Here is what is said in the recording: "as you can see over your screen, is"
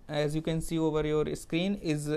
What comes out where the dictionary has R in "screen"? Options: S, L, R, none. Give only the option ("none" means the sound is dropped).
R